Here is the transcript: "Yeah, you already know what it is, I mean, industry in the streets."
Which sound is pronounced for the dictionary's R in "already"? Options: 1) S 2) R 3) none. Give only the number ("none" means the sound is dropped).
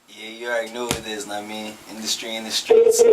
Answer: 3